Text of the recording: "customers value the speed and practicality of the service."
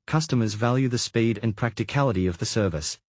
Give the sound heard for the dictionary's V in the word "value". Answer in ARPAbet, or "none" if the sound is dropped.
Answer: V